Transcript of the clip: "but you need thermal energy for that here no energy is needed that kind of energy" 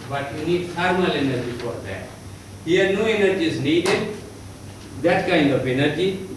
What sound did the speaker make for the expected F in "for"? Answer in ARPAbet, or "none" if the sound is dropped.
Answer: P